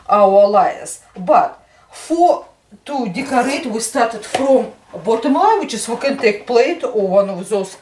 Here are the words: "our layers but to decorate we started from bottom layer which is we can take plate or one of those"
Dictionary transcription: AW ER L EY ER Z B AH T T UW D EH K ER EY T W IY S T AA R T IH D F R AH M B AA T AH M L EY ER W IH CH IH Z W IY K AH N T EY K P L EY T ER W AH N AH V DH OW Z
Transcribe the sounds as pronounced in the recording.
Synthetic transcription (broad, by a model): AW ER L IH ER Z B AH T T UW D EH K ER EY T W IY S T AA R T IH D F R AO M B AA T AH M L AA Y W IH CH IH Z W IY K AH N T EY K P L EY T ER W AH N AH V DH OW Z